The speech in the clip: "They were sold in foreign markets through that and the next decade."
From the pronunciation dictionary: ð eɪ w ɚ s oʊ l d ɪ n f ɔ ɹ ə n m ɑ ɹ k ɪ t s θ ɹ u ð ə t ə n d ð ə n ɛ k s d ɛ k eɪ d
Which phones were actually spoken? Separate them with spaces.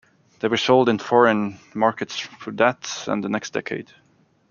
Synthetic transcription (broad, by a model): ð eɪ w ɚ s oʊ l d ɪ n f ɔ ɹ ə n m ɑ ɹ k ɪ t s f ɹ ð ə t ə n ð ə n ɛ k s d ɛ k eɪ d